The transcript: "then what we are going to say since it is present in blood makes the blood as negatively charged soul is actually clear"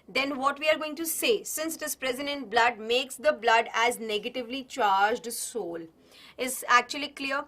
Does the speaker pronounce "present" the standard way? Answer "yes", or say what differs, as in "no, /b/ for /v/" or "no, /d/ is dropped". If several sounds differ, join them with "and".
yes